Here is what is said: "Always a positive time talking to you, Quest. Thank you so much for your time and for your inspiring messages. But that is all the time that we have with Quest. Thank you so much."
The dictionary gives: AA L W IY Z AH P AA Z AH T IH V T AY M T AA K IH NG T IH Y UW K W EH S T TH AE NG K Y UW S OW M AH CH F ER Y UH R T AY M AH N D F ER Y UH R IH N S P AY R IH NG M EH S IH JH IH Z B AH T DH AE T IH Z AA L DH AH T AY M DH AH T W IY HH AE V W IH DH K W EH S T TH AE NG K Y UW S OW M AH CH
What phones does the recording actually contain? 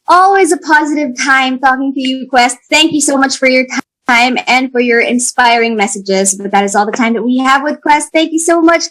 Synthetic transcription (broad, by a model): AA L W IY Z AH P AA Z AH T IH V T AY M T AA K IH NG T IH Y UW K W EH S T TH AE NG K Y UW S OW M AH CH F ER Y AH R T AY M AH N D F ER Y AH R IH N S P AY R IH NG M EH S IH JH IH Z B AH T DH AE T IH Z AA L DH AH T AY M DH AH T W IY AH V W IH DH K W EH S T TH AE NG K Y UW S OW M AH CH